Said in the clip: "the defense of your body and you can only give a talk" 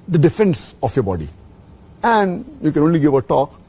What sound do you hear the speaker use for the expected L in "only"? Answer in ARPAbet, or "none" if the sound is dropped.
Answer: L